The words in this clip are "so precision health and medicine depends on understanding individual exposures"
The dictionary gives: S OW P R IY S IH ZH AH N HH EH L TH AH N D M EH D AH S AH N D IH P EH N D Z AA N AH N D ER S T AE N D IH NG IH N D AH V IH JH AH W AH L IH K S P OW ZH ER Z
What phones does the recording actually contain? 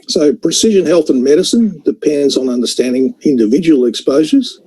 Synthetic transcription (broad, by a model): S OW P R IY S IH ZH AH N HH EH L TH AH N M EH D AH S AH N D IH P EH N D Z N AH N D ER S T AE N D IH NG IH N D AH V IH JH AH W L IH K S P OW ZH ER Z